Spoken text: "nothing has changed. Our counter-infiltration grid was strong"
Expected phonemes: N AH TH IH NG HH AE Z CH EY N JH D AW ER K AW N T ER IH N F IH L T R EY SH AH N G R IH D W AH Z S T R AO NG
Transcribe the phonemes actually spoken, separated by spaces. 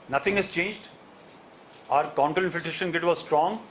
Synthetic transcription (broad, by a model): N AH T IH NG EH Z CH EY N JH D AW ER K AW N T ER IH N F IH T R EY SH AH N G IH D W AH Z S T R AO NG